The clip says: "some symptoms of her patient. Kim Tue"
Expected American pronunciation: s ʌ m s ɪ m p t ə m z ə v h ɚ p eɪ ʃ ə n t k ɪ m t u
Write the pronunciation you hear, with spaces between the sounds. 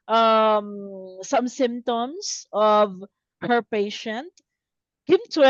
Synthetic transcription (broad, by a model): s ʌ m s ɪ m t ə m s ə v h ɚ p eɪ ʃ ə n t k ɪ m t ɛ